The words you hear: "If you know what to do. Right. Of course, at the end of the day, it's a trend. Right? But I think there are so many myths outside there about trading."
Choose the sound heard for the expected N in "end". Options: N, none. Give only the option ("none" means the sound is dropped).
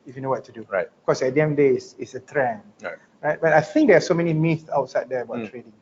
none